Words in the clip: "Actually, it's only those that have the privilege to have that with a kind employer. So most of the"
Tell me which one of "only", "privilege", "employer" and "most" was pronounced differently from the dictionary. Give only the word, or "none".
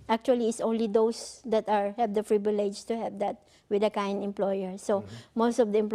privilege